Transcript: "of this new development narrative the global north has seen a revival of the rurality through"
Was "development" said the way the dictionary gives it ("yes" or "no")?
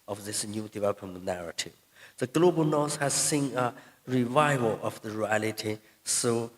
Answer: no